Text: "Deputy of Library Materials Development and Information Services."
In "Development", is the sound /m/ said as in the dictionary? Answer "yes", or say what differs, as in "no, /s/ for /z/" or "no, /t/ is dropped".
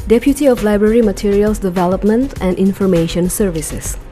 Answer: yes